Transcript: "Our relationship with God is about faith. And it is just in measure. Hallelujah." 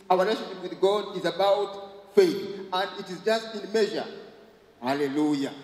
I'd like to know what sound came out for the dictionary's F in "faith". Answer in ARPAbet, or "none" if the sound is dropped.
F